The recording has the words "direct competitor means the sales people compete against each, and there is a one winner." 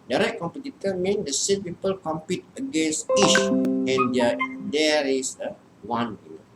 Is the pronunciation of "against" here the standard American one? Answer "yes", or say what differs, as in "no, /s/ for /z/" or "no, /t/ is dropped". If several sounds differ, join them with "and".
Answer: no, /t/ is dropped